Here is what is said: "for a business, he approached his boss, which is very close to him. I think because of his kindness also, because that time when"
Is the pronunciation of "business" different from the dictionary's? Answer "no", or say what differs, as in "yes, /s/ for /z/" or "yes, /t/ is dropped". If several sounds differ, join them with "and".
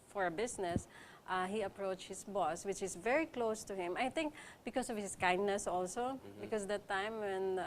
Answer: yes, /s/ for /z/